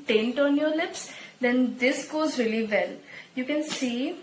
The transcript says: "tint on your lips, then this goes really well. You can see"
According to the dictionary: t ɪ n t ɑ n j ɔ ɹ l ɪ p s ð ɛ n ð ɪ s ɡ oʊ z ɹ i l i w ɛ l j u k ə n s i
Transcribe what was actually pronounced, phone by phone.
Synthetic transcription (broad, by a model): t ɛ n t ɑ n j ɔ ɹ l ɪ p s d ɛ n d ɪ s ɡ oʊ z ɹ i l i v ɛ l j u k ə n s i